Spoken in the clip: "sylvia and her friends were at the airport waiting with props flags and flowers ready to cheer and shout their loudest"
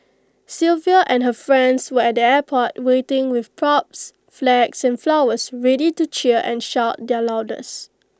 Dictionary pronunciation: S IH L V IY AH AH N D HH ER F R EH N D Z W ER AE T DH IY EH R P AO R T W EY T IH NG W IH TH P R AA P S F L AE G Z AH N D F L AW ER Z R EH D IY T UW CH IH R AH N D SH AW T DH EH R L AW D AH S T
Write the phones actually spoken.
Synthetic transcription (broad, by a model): S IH L V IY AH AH N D HH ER F R EH N D S W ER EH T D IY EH P AO T W EY T IH NG W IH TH P R AA P S F L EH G S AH N F L AW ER S R EH D IY T UW CH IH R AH N SH AW T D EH L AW D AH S